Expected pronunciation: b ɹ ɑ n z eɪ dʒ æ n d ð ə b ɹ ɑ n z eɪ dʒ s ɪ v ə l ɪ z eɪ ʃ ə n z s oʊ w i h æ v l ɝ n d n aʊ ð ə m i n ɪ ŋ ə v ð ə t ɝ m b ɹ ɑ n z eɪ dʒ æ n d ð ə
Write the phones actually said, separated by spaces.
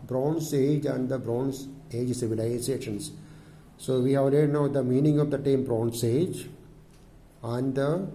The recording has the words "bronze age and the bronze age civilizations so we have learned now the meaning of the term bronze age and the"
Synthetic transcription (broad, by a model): b ɹ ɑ n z eɪ dʒ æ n d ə b ɹ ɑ n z eɪ dʒ s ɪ v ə l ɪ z eɪ ʃ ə n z s oʊ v i h æ v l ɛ d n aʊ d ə m i n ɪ ŋ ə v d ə t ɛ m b ɹ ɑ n s eɪ dʒ æ n d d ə